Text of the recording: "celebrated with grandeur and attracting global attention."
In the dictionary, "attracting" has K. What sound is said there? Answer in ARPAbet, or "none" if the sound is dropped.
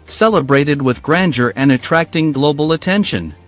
K